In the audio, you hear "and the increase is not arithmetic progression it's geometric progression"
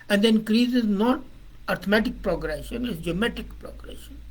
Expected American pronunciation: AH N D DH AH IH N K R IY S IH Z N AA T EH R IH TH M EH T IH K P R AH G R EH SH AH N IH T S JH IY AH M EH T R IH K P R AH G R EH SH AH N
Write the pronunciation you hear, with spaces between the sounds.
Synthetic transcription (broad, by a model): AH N D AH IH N K R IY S IH Z N AA T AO R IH M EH T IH K P R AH G R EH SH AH N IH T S JH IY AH M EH T IH K P R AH G R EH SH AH N